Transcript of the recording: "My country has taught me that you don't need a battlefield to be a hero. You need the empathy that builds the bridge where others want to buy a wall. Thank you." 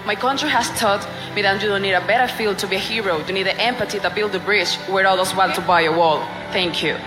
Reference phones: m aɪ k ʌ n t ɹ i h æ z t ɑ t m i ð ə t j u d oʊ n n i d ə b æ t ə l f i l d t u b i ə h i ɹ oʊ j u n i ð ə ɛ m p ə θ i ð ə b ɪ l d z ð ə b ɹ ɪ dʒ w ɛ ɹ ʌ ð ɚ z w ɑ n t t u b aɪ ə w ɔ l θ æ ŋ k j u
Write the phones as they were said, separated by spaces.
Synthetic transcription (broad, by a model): m aɪ k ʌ n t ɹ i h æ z t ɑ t m i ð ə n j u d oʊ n n i d ə b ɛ t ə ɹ f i l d t u b i ə h i ɹ oʊ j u n i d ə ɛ m p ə t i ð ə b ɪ l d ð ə b ɹ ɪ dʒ w ɛ ɹ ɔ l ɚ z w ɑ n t t u b aɪ ə w ɔ l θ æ ŋ k j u